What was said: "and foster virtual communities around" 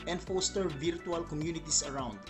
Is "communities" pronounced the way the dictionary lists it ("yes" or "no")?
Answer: no